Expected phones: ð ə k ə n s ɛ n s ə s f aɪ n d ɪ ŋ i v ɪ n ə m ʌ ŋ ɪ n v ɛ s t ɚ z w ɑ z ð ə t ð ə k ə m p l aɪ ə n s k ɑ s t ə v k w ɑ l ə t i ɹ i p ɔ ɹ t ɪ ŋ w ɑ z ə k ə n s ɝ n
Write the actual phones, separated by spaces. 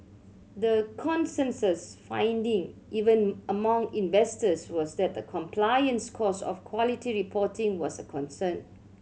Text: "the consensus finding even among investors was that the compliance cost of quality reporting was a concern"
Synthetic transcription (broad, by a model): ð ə k ə n s ɛ n s ə s f aɪ n d ɪ ŋ i v ɪ n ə m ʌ ŋ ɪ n v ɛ s t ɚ s w ɑ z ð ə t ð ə k ə m p l aɪ ə n s k ɑ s ə f k w ɑ l ə t i ɹ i p ɔ t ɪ ŋ w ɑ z ə k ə n s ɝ n